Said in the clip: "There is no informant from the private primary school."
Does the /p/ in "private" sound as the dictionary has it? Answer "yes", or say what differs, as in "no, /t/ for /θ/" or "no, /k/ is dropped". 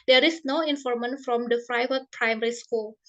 no, /f/ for /p/